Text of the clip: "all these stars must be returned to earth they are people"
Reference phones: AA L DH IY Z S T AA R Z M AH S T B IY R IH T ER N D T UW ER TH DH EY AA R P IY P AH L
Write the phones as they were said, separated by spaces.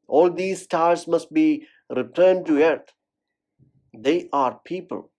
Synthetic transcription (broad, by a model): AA L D IY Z S T AA R S M AH S T B IY R IH T ER N D T UW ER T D EY AA R P IY P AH L